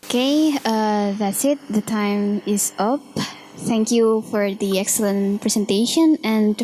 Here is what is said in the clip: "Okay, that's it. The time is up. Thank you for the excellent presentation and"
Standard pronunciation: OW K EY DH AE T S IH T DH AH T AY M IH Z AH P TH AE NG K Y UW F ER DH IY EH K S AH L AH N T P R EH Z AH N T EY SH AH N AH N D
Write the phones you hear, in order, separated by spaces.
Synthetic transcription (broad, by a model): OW K EY DH AE T S IH T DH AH T AY M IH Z AH P TH AE NG K Y UW F ER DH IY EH K S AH L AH N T P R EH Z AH N T EY SH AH N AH N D